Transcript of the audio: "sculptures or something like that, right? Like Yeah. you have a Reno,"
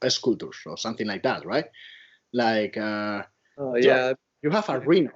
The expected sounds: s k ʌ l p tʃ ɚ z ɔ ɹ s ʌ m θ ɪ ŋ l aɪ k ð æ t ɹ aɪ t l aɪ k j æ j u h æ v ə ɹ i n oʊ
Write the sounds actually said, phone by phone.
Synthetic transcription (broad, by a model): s k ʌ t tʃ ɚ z ɔ ɹ s ʌ m θ ɪ ŋ l aɪ k ð æ t ɹ aɪ t l aɪ k j æ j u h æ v ə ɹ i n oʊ